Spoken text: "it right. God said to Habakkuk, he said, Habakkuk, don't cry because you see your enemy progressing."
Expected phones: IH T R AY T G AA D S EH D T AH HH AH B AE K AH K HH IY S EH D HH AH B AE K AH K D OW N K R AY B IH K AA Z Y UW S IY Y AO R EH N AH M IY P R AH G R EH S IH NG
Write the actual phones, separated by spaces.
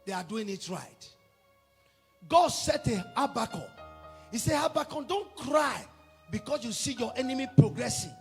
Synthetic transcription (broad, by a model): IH T R AY T G AA D S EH T AH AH B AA K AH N HH IY S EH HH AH B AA K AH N D OW N K R AY B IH K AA S Y UW S IY Y AO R EH N AH M IY P R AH G R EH S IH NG